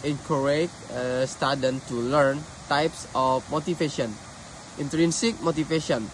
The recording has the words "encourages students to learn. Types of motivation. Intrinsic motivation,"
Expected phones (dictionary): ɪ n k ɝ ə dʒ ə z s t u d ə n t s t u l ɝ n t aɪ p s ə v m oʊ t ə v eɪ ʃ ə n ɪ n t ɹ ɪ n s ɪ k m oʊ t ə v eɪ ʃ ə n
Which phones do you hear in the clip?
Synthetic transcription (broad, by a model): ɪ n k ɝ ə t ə s t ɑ d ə n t t u l ɝ n t aɪ p s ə f m oʊ t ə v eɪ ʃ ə n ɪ n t ɹ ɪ n s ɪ k m oʊ t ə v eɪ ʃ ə n